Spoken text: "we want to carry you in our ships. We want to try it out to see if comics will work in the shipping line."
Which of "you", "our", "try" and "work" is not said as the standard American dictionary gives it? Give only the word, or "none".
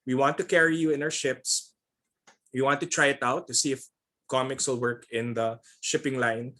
our